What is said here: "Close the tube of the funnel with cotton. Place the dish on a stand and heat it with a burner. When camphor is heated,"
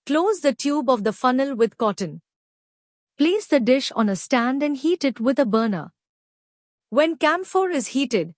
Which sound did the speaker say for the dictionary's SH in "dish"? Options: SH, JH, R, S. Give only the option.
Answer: SH